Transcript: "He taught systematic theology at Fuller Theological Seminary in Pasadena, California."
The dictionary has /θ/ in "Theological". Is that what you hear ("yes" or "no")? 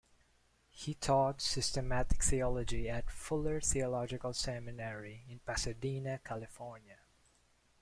yes